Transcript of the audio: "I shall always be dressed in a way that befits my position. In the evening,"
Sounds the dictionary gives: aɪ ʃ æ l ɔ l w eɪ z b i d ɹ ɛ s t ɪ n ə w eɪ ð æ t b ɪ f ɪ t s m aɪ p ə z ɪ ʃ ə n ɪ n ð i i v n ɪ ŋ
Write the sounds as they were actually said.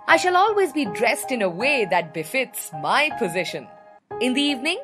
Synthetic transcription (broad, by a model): aɪ ʃ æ l ɔ l w eɪ z b i d ɹ ɛ s t ɪ n ə w eɪ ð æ t b ɪ f ɪ t s m aɪ p ə z ɪ ʃ ə n ɪ n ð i i v n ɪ ŋ